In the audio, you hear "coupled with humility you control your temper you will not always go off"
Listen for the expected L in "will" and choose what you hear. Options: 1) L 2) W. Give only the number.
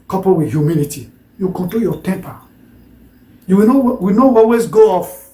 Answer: 2